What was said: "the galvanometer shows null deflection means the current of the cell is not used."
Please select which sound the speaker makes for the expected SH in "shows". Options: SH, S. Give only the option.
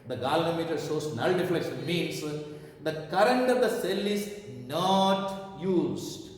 S